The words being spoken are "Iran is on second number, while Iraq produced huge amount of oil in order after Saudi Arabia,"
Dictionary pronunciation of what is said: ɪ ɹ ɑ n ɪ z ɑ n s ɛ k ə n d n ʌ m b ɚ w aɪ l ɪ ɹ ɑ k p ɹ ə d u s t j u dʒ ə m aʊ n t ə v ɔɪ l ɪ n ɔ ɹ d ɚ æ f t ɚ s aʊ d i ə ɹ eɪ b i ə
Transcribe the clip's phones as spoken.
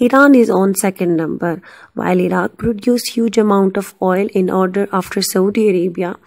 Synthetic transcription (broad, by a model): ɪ ɹ ɑ n ɪ z ɑ n s ɛ k ə n d n ʌ m b ɚ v aɪ l ɪ ɹ ɑ k p ɹ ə d u s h j u dʒ ə m aʊ n t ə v ɔɪ l ɪ n ɔ ɹ d ɚ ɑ f t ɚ s aʊ d i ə ɹ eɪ b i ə